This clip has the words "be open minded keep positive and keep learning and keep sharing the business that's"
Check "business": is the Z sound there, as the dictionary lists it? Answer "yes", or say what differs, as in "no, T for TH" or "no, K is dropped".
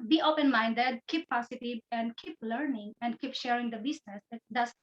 no, S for Z